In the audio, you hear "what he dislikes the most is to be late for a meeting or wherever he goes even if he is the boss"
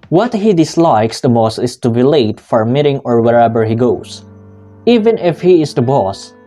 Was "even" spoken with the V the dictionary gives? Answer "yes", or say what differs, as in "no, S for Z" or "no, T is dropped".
yes